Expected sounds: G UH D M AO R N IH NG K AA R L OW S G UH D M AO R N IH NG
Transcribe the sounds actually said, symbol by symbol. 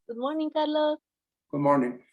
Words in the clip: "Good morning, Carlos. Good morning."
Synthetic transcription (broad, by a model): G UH D M AO R N IH NG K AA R L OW G UH D M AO R N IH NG